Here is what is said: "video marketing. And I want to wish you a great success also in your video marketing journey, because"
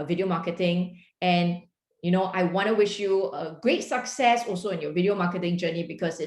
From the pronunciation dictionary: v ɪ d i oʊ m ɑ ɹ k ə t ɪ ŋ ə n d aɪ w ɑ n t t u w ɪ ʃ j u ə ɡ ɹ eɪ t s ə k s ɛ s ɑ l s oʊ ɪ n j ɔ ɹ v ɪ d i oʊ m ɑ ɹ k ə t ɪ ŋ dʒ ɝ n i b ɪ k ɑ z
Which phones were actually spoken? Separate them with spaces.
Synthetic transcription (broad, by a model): v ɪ d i oʊ m ɑ k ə t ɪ ŋ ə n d aɪ w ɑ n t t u w ɪ ʃ j u ə ɡ ɹ eɪ t s ə k s ɛ s ɑ l s oʊ ɪ n j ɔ v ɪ d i oʊ m ɑ k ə t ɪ ŋ dʒ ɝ n i b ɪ k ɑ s